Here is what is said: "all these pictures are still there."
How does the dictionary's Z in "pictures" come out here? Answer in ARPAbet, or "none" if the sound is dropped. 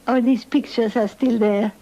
S